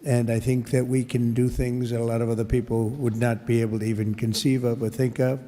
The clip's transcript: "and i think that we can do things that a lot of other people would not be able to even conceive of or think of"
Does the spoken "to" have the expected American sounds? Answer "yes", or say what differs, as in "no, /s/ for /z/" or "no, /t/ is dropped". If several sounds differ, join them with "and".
yes